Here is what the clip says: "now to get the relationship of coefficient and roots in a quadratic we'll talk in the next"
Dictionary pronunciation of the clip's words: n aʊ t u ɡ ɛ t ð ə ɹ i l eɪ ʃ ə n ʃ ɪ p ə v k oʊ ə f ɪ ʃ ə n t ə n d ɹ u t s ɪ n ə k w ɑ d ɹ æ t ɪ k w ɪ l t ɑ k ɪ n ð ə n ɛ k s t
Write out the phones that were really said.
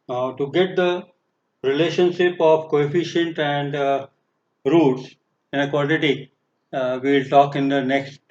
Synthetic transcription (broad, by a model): t u ɡ ɛ t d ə ɹ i l eɪ ʃ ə n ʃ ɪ p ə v k oʊ ə f ɪ ʃ ə n t ə n d ɹ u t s ɪ n ə k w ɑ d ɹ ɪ t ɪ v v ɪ l t ɑ k ɪ n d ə n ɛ k s t